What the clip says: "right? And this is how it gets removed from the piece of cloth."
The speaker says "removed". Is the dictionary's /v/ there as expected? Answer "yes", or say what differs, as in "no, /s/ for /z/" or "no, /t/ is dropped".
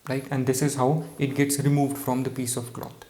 yes